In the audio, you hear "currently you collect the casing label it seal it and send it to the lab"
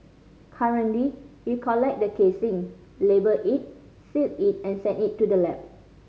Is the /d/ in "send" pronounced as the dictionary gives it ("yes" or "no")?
no